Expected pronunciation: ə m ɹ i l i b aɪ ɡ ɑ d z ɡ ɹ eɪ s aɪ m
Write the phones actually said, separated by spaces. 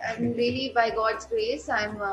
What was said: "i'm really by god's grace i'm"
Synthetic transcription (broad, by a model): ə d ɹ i l i b aɪ ɡ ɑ d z ɡ ɹ eɪ s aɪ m